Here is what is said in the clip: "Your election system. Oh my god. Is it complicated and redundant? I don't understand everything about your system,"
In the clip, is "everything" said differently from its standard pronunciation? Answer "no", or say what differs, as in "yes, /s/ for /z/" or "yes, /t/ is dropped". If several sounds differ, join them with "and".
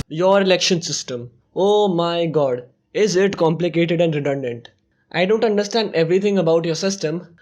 yes, /t/ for /θ/